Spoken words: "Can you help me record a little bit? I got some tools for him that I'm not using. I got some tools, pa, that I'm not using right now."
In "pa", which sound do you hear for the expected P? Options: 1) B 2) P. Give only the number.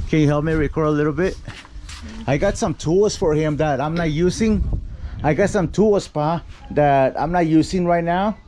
2